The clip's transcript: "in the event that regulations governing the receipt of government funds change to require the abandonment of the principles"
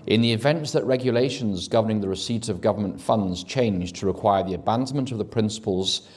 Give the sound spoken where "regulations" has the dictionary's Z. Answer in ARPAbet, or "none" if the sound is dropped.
Z